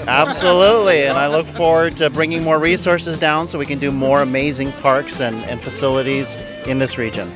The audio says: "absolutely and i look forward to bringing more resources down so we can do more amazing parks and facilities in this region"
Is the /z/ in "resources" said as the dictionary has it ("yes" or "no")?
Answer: yes